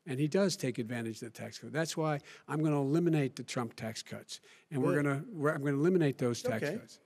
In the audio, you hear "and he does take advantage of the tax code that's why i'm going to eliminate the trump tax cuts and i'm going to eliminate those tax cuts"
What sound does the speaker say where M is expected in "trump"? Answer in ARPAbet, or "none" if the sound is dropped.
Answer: M